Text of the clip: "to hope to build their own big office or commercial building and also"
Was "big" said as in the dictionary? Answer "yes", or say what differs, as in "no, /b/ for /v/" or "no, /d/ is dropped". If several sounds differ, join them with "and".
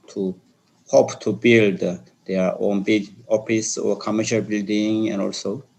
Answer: no, /ɡ/ is dropped